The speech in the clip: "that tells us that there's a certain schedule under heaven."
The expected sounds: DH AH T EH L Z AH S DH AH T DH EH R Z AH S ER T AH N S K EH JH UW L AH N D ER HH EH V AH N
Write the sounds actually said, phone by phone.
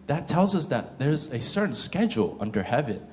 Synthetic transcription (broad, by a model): DH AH T EH L Z AH S DH AH T DH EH R Z AH S ER T N S K EH JH UW L AH N D ER HH EH V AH N